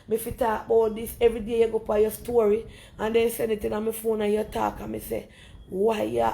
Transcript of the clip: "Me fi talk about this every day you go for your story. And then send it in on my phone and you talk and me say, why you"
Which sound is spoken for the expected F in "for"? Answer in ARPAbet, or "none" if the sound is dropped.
P